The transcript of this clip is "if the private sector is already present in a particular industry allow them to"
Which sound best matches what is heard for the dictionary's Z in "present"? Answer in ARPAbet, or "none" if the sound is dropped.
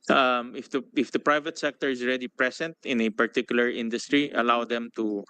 S